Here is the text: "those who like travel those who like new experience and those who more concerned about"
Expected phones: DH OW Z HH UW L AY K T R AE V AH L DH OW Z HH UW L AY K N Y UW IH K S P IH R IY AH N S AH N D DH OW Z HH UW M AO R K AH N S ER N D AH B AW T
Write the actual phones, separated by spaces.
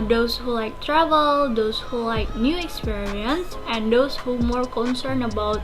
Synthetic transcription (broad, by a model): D OW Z HH UW L AY K T R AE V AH L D OW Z HH UW L AY K N Y UW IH K S P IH R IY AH N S AH N D OW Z HH UW M AO R K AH N S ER N AH B AW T